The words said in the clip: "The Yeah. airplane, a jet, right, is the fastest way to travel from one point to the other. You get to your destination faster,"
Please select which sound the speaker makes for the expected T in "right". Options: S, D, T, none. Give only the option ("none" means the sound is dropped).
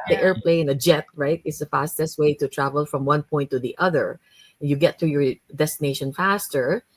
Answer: T